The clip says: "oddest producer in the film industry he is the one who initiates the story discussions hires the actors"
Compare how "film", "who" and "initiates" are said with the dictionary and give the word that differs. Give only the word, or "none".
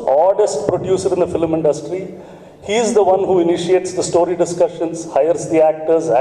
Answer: none